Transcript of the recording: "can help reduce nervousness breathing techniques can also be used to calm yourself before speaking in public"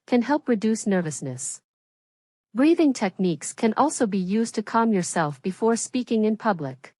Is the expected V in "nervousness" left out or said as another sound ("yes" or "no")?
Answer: no